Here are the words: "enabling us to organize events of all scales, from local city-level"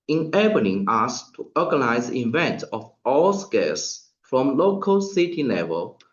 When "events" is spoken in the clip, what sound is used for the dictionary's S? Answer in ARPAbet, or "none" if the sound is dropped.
none